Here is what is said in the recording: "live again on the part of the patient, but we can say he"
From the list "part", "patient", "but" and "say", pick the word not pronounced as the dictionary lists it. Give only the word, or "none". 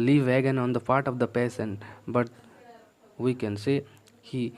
patient